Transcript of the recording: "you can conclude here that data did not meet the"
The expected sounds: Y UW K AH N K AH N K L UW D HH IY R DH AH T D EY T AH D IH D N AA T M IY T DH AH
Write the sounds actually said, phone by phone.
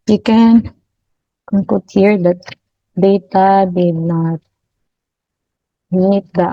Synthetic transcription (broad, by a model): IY K AH N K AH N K UW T HH IY R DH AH T D EY T AH D IH D N AA T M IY T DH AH